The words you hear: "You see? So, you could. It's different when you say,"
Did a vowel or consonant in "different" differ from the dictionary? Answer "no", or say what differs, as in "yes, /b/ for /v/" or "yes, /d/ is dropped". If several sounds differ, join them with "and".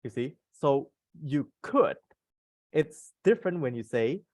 no